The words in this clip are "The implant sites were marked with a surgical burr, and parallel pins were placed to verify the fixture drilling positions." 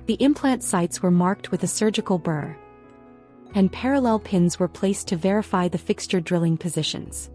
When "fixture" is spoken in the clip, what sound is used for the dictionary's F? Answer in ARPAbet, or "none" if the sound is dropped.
F